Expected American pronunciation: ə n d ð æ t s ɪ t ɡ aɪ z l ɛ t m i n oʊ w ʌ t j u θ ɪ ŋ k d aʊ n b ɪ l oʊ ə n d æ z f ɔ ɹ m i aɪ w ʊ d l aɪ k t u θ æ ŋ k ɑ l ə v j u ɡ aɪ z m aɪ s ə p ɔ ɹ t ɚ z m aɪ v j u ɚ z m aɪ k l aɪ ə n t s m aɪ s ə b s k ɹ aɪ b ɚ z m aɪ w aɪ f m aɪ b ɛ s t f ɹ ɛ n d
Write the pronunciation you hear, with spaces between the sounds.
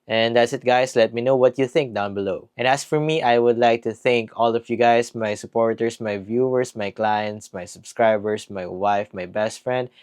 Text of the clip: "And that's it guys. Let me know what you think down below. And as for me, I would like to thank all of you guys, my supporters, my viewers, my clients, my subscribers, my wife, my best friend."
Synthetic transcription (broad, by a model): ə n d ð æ t s ɪ t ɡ aɪ s l ɛ t m i n oʊ w ʌ t j u θ ɪ ŋ k d aʊ n b ɪ l oʊ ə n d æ s f ɔ ɹ m i aɪ w ʊ d l aɪ k t u θ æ ŋ k ɑ l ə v j u ɡ aɪ s m aɪ s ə p ɔ ɹ t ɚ s m aɪ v j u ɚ s m aɪ k l aɪ ə n t s m aɪ s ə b s k ɹ aɪ b ɚ s m aɪ w aɪ f m aɪ b ɛ s t f ɹ ɛ n d